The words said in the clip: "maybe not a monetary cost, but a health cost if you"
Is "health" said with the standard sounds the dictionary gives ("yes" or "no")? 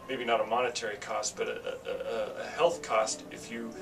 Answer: yes